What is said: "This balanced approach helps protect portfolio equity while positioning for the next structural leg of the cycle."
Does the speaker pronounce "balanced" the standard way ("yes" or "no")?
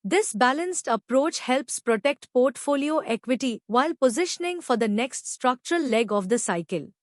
yes